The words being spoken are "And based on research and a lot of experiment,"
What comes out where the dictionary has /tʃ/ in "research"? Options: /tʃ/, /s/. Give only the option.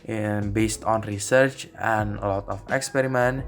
/tʃ/